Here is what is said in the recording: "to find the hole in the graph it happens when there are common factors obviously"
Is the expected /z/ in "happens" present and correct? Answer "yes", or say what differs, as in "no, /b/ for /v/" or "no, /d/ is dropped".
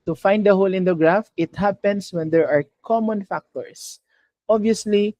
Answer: no, /s/ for /z/